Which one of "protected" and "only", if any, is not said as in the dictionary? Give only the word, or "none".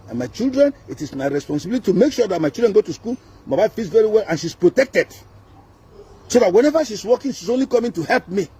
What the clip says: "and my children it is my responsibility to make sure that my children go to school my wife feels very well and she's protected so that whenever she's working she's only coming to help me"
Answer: none